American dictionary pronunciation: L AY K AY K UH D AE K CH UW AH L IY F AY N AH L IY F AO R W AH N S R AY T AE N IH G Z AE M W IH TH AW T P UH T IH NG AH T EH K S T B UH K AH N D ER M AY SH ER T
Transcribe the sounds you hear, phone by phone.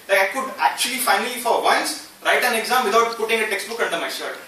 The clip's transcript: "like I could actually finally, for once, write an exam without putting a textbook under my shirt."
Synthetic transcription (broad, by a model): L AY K AY K UH D AE K CH UW AH L IY F AY N AH L IY F AO R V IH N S R AY T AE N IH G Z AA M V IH T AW T P UH T IH NG AH T EH K S T B UH K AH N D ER M AY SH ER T